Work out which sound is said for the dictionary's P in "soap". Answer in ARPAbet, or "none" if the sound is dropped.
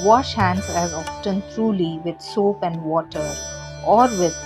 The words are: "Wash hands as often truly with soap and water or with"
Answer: P